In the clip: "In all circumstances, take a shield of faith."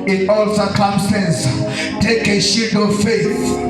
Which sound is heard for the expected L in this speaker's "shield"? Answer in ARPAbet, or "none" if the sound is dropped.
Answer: none